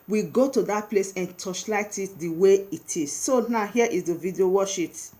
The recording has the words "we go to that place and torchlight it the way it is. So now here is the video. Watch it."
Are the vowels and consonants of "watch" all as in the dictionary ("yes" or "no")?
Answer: no